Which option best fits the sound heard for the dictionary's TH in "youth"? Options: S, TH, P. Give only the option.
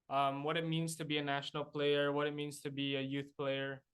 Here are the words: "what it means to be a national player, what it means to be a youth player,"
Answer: TH